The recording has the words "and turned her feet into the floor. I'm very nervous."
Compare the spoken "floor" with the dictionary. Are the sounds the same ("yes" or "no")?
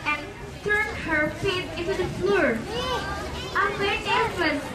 yes